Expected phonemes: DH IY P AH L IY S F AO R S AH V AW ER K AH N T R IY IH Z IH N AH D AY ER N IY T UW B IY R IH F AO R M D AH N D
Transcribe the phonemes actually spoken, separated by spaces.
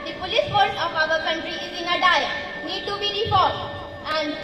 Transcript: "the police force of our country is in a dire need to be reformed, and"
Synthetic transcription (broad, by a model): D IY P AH L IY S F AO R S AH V AW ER K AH N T R IY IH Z IH N AH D AY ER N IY T UW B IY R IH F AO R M AH N